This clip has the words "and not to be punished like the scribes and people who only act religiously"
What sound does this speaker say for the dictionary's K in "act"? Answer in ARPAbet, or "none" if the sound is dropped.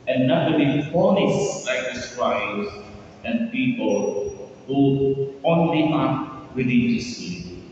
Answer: none